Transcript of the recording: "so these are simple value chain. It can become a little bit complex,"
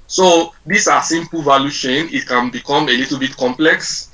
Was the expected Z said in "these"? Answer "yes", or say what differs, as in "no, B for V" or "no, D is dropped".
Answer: no, S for Z